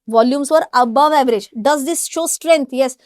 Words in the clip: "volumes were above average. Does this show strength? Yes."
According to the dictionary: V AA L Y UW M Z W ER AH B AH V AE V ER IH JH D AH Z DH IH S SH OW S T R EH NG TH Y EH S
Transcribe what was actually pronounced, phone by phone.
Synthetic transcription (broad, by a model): V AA L Y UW M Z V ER AH B AH V AE V ER IH JH D AH Z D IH S SH OW S T R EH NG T Y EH S